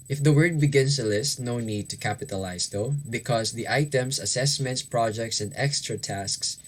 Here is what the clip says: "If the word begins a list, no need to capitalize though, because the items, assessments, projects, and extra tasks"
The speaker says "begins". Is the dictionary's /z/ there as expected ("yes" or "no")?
no